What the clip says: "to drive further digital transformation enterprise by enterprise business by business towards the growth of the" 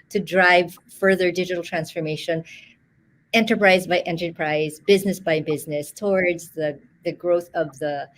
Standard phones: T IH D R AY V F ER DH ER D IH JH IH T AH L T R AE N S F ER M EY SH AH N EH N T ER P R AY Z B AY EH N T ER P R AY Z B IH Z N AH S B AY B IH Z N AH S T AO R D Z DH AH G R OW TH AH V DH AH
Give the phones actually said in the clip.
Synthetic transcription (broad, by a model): T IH D R AY V F ER DH ER D IH JH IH T L T R AE N S F ER M EY SH AH N EH N T ER P R AY Z B AY EH N T ER P R AY Z B IH Z N AH S B AY B IH Z N AH S T AO R D Z DH AH G R OW TH AH V DH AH